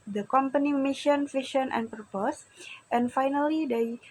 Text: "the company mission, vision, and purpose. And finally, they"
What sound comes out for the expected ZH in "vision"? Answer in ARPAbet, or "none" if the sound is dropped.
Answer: SH